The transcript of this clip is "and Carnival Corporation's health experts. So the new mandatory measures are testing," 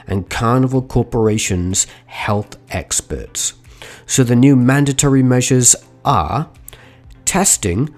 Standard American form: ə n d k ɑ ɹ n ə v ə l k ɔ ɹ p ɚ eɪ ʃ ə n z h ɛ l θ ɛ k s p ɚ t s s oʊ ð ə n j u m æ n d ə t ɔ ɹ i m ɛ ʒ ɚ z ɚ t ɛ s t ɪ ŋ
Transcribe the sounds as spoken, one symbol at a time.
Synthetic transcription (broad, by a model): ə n k ɑ ɹ n ə v ə l k ɔ ɹ p ɚ eɪ ʃ ə n z h ɛ l θ ɛ k s p ɚ t s s oʊ ð ə n j u m æ n d ə t ɔ ɹ i m ɛ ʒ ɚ z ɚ t ɛ s t ɪ ŋ